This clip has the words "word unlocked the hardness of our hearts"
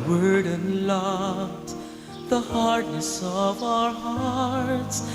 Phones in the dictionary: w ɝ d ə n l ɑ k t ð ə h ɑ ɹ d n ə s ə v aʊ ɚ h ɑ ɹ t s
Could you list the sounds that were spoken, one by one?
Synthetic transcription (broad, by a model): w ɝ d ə n l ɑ t ð ə h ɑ ɹ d n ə s ə v aʊ ɚ h ɑ ɹ t s